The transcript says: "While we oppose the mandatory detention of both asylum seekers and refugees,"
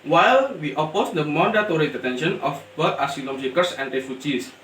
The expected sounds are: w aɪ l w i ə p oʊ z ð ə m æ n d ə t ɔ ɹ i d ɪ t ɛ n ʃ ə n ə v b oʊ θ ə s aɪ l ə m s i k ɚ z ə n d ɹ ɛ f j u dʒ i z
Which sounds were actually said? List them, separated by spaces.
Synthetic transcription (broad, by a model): w aɪ l w i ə p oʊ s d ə m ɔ n d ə t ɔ ɹ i d ɪ t ɛ n ʃ ə n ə f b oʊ t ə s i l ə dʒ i k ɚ s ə n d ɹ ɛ f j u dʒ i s